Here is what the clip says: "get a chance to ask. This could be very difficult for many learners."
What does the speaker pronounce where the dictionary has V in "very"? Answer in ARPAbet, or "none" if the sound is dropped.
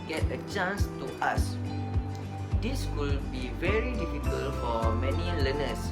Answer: V